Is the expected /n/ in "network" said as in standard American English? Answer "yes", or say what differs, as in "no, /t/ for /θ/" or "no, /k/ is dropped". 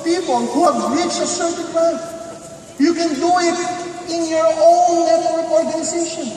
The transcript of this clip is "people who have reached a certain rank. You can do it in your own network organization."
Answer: no, /l/ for /n/